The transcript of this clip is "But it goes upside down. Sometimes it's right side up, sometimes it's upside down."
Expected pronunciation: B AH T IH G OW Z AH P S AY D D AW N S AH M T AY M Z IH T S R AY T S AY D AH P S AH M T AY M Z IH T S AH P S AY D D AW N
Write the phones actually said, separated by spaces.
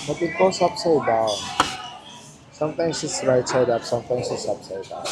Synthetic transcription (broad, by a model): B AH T IH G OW S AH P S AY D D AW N S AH M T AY M S IH T S R AY T S AY D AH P S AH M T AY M S IH T S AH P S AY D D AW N